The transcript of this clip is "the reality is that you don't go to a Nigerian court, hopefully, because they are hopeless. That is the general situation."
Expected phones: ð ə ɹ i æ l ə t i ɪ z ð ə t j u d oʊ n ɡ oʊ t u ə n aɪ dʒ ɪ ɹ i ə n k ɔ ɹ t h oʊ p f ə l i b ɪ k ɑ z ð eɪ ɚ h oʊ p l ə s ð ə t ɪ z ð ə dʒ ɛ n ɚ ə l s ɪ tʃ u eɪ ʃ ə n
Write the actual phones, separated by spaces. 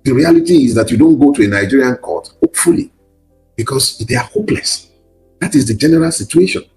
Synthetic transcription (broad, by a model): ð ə ɹ i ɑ l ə t i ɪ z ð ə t j u d oʊ n ɡ oʊ t u ə n aɪ dʒ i ɹ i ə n k ɔ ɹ t h oʊ p f ə l i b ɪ k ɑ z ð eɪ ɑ h oʊ p l ə s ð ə t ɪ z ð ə dʒ ɛ n ɚ ə l s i tʃ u eɪ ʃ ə n